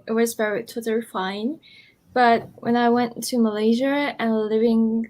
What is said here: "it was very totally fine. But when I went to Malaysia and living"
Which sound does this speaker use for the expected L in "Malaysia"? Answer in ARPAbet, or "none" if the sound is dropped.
L